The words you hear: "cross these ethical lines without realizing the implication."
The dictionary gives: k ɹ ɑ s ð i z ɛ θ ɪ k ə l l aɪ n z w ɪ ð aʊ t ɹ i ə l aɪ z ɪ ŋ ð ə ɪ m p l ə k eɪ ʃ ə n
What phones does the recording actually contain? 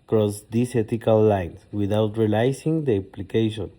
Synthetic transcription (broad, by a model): k ɹ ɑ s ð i s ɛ t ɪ k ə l l aɪ n s w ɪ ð aʊ t ɹ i l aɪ s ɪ ŋ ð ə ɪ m p l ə k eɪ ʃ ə n